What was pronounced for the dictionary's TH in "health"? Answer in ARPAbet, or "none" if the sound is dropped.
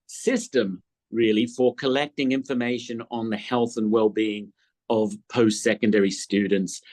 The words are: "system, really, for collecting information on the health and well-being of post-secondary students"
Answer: TH